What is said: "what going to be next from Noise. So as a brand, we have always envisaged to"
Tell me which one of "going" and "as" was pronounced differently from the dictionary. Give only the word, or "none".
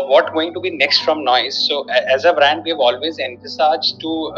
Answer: none